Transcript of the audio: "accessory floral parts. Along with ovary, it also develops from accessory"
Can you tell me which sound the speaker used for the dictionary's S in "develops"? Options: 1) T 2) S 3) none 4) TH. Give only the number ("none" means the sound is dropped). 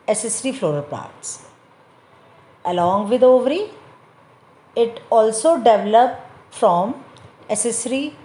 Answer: 3